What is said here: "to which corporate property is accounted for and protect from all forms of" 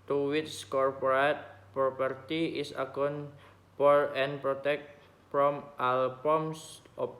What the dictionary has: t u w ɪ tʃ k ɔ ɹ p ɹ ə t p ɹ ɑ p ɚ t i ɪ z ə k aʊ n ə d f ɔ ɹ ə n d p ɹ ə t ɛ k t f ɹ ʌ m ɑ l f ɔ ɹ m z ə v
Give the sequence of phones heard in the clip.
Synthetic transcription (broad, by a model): t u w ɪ s k ɔ ɹ p ɹ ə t p ɹ ɑ p ɚ t i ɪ s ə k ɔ n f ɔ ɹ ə n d p ɹ ə t ɛ k t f ɹ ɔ m ɑ l p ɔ m s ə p